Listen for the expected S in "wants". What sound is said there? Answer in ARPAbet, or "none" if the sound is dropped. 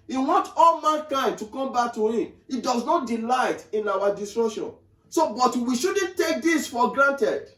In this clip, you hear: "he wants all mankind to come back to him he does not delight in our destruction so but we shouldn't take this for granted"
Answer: none